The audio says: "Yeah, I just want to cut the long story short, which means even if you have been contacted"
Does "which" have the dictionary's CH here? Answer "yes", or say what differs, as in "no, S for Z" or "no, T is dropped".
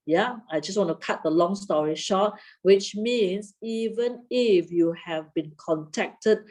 yes